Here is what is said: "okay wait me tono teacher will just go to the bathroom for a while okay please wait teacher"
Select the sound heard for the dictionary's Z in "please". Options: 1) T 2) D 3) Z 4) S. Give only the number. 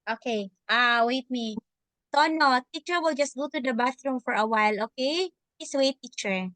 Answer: 4